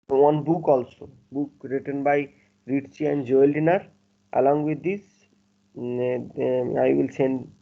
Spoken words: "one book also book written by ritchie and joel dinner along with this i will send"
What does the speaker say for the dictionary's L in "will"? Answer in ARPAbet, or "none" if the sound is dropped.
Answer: L